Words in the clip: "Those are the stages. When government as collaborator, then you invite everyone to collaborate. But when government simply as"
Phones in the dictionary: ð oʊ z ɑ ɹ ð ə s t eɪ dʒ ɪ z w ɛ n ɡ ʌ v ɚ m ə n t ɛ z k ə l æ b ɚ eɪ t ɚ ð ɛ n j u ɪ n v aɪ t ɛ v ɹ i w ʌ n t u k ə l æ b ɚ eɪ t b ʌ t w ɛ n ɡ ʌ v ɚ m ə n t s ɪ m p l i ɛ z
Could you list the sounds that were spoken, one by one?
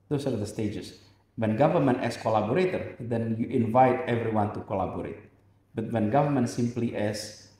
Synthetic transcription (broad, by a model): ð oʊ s ɑ ɹ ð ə s t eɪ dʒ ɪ s w ɛ n ɡ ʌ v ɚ m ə n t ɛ s k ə l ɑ b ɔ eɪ t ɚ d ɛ n j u ɪ n v aɪ t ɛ v ɹ i w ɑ n t u k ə l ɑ b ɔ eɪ t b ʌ t w ɛ n ɡ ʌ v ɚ m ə n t s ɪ m p l i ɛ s